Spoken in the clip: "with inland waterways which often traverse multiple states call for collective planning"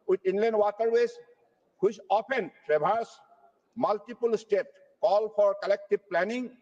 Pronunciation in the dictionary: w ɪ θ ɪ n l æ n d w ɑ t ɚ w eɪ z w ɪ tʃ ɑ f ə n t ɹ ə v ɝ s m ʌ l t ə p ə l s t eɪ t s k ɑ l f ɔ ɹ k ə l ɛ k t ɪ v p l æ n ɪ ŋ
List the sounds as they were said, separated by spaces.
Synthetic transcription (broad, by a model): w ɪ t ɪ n l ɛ n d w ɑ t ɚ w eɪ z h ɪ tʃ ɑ p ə n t ɹ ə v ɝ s m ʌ l t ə p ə l s t eɪ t k ɑ l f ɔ ɹ k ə l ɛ k t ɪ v p l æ n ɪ ŋ